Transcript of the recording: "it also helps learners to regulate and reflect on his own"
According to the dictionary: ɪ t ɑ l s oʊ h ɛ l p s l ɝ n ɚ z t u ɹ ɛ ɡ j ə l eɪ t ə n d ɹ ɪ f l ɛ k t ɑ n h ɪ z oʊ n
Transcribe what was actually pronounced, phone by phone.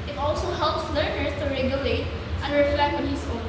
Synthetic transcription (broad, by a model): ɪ t ɑ l s oʊ h ɛ l p s l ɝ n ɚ s t u ɹ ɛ ɡ j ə l eɪ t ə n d ɹ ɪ f l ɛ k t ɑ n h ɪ s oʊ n